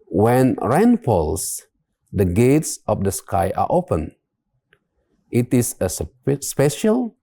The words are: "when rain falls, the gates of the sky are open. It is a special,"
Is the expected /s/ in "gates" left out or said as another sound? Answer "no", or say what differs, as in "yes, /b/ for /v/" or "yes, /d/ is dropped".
no